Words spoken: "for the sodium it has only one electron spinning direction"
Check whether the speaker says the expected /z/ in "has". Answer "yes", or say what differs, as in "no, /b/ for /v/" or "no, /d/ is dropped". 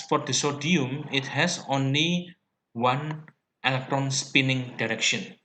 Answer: no, /s/ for /z/